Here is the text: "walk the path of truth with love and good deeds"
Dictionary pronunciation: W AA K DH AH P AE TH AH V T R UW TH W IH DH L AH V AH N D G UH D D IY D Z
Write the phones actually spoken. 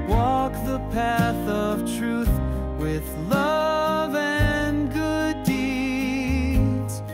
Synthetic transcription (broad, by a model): W AA K DH AH P AE TH AH V T R UW TH W IH DH L AH V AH N G UH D D IY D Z